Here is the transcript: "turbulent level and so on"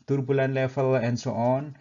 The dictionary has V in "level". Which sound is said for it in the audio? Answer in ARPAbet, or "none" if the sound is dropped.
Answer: F